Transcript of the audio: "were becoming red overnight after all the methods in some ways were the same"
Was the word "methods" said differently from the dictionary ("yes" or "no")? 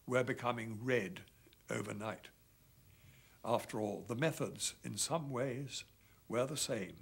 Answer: no